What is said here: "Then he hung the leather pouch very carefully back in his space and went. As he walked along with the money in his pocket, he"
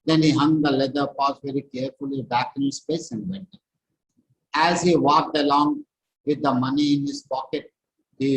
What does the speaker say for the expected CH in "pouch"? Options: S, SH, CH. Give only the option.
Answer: S